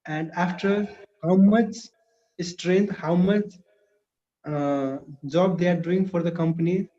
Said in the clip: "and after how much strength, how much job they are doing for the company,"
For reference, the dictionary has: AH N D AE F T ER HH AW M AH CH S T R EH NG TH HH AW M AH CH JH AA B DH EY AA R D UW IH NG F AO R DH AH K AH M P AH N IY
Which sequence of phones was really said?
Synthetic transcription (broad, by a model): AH N D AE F T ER HH AW M AH CH S T R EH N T HH AW M AH CH JH AA B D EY AA R D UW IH NG F AO R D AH K AH M P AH N IY